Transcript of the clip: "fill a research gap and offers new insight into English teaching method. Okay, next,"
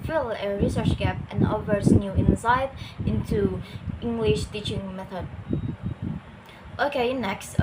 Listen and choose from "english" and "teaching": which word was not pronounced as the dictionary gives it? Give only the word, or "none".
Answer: none